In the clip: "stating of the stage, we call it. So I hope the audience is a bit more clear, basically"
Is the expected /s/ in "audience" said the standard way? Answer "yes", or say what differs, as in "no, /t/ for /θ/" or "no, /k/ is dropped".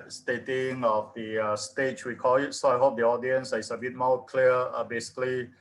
yes